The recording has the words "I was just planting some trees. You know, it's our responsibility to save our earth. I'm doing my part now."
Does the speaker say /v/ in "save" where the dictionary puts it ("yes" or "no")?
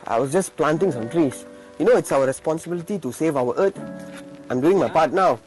yes